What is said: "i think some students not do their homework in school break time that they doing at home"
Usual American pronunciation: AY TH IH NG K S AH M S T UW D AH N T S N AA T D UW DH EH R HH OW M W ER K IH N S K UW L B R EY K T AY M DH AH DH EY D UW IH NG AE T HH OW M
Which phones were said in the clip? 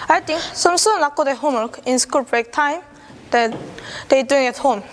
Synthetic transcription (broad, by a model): AY T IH NG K S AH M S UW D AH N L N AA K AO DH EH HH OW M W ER K IH N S K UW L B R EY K T AY M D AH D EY D UW IH NG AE T HH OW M